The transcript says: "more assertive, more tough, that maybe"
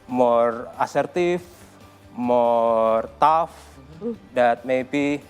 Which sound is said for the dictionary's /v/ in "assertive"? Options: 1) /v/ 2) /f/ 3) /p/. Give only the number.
2